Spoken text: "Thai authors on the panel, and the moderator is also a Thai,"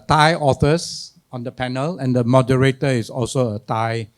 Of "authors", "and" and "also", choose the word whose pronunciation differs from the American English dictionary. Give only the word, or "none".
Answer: authors